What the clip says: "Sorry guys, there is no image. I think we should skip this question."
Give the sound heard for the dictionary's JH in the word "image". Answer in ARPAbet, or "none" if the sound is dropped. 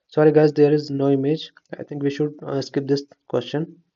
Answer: JH